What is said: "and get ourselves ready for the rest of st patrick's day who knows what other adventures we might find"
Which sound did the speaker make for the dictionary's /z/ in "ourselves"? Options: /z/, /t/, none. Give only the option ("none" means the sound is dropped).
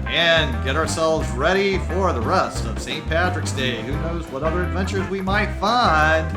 /z/